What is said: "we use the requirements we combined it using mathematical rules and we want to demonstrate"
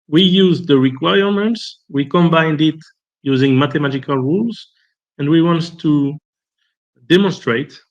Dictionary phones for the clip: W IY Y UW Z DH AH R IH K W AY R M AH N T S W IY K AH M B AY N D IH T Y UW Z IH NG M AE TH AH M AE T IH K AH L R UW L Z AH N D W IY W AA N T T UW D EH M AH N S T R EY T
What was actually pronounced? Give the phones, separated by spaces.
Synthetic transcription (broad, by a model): W IY Y UW Z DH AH R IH K W AY R M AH N T S W IY K AH M B AY N D IH T Y UW Z IH NG M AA T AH M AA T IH K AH L R UW L Z AH N D W IY W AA N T T UW D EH M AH N S T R EY T